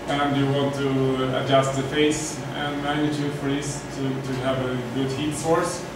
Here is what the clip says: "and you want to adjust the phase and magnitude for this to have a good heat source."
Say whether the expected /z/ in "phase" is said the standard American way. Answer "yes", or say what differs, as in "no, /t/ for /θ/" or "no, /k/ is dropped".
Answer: no, /s/ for /z/